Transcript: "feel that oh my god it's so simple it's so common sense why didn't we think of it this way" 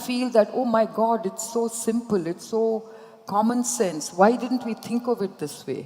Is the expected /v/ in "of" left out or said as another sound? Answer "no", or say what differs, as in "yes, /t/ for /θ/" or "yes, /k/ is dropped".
no